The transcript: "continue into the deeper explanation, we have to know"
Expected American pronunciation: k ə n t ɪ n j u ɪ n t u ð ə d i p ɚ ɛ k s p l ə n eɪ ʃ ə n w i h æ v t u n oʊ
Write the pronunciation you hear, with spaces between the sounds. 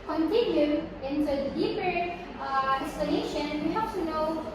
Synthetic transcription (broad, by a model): k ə n t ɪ n j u ɪ n t u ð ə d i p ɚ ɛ s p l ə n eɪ ʃ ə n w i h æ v t u n oʊ